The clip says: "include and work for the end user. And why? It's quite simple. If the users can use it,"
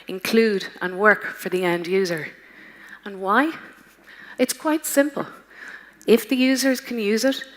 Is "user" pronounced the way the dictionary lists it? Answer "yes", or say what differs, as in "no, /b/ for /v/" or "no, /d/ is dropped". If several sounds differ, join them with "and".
yes